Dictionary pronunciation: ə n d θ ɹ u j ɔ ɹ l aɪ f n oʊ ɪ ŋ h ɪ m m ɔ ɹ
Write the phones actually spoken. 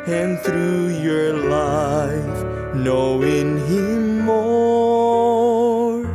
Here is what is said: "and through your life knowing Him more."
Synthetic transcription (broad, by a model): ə n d θ ɹ u j ɔ ɹ l aɪ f n oʊ ɪ ŋ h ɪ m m ɔ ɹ